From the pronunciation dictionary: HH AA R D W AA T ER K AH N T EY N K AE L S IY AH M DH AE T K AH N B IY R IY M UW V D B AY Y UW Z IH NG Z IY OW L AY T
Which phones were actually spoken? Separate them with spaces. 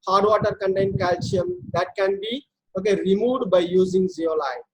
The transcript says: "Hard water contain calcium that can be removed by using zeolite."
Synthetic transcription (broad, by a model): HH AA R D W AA T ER K AH N T EY N K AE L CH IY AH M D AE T K AH N B IY R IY M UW D B AY Y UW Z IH NG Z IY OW L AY